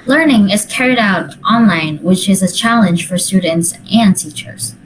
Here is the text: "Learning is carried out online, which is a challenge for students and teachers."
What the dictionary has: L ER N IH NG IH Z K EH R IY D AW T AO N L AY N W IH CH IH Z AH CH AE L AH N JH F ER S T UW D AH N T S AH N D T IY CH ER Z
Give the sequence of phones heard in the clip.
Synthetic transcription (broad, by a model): L ER N IH NG IH Z K EH R IY D AW T AO N L AY N W IH CH IH Z AH CH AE L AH N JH F ER S T UW D N T S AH N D T IY CH ER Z